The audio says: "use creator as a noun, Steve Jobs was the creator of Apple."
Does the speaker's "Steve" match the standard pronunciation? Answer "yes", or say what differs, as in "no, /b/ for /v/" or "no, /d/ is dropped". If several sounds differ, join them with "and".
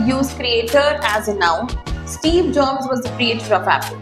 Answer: yes